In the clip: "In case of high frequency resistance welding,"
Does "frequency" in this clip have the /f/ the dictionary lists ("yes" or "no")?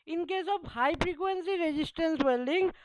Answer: no